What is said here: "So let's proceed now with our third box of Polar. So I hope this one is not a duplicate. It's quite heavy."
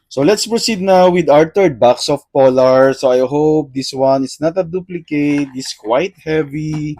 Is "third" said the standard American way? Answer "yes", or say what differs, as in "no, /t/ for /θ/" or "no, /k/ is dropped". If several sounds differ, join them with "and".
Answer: no, /t/ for /θ/